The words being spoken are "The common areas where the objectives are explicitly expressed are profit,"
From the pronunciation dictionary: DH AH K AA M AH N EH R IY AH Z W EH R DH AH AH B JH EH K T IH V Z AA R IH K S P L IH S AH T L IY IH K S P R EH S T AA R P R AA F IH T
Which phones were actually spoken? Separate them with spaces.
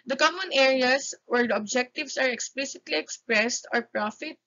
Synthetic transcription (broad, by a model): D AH K AA M AH N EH R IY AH S W EH R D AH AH B JH EH K T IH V S AA R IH K S P L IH S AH T L IY IH K S P R EH S T AA R P R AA F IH T